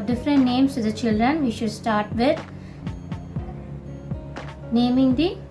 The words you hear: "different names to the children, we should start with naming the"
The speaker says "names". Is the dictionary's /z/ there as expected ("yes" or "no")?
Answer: no